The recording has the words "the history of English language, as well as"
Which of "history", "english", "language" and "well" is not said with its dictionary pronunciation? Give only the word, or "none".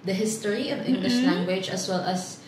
none